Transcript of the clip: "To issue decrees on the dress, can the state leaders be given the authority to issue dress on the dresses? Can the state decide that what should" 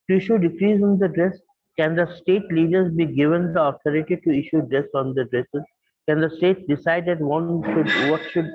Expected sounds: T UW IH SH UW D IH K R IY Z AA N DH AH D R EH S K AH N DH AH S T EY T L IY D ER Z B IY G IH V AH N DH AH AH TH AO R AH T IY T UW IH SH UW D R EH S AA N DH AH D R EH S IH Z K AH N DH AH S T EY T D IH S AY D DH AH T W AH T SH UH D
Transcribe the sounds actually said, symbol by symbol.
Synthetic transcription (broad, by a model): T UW IH SH UW D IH K R IY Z AA N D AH D R EH S K AH N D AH S T EY T L IY D ER Z B IY G IH V AH N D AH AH T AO R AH T IY T UW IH SH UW D R EH S AA N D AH D R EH S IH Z K AH N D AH S T EY T D IH S AY D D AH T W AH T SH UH D